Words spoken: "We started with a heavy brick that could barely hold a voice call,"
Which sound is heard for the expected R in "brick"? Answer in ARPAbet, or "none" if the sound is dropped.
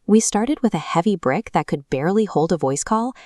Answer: R